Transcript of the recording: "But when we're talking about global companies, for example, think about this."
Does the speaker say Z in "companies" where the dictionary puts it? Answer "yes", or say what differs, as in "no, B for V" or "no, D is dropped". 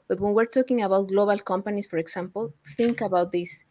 no, S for Z